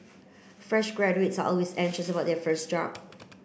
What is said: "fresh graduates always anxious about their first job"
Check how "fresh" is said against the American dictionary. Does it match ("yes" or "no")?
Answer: yes